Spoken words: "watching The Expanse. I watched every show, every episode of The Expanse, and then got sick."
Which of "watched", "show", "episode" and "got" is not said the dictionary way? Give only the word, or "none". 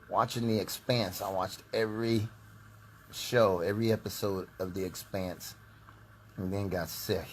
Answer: none